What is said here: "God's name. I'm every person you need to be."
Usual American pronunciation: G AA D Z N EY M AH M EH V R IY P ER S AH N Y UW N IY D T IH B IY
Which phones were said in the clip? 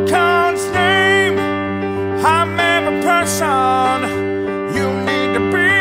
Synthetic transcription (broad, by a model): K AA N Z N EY M AH M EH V IY P ER S AH N Y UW N IY D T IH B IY